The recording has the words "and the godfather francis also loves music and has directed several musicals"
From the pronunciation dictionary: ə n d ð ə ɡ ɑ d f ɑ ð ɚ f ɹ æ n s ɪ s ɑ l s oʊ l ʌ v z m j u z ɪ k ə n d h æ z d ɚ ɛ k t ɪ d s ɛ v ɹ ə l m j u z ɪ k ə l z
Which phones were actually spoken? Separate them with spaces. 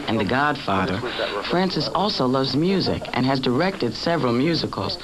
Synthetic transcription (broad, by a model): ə n ð ə ɡ ɑ d f ɑ ð ɚ f ɹ æ n s ɪ s ɑ l s oʊ l ʌ v z m j u z ɪ k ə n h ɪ z d ɚ ɛ k t ɪ d s ɛ v ɹ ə l m j u z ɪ k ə l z